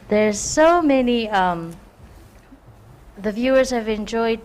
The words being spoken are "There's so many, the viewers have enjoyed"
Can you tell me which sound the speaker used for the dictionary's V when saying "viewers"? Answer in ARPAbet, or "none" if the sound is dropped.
V